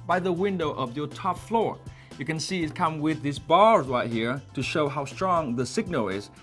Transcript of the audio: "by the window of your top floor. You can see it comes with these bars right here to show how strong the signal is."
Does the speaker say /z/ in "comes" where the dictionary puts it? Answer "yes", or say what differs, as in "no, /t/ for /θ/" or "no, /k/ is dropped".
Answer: no, /z/ is dropped